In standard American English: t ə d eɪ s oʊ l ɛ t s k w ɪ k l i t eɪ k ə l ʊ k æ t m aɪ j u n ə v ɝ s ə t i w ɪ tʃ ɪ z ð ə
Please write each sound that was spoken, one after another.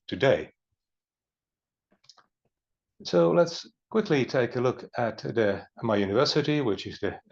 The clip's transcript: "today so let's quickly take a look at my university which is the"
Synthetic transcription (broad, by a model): t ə d eɪ s oʊ l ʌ t s k w ɪ k l i t eɪ k ə l ʊ k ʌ t m aɪ j u n ə v ɝ s ə t i w ɪ tʃ ɪ z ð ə